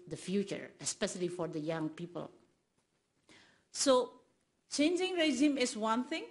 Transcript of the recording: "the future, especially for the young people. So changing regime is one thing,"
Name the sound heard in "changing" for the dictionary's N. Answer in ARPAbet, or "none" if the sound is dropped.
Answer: N